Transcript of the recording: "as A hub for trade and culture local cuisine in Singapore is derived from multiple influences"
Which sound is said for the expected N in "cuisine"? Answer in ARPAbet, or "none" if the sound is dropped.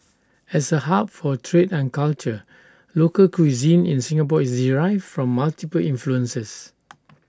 N